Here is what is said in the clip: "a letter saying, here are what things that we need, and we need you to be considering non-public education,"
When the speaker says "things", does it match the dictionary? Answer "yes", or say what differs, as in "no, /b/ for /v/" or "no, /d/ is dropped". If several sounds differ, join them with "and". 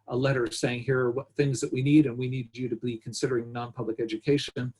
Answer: yes